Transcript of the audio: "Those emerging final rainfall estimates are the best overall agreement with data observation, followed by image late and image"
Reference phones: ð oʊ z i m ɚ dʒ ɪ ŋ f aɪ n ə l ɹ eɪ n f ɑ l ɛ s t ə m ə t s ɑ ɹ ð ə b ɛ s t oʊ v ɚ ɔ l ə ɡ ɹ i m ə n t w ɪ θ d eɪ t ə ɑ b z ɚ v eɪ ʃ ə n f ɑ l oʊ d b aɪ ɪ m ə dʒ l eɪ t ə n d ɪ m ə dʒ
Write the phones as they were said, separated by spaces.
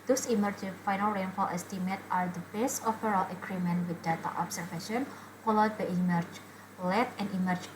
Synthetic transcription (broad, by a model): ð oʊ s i m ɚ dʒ f aɪ n ə l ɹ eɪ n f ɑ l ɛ s t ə m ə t ɑ ɹ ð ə b ɛ s t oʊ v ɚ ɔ l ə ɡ ɹ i m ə n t w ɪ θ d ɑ t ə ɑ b s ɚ f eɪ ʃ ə n f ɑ l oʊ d b aɪ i m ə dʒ l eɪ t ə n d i m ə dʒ